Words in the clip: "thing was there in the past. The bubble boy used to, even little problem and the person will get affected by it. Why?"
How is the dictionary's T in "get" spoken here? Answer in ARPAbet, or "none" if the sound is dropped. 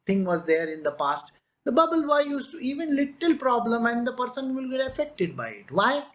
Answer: none